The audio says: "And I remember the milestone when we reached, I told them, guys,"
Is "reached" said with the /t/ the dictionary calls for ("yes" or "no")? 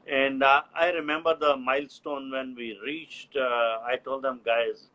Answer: yes